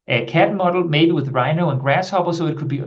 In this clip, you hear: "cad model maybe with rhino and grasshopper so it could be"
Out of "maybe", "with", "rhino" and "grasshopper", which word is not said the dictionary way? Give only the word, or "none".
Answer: grasshopper